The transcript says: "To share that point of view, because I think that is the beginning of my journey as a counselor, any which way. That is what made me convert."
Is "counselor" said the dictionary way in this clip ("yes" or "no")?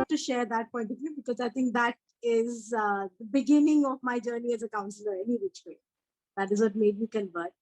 yes